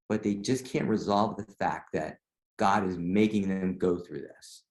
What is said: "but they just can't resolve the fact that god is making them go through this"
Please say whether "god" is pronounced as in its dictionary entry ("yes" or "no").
yes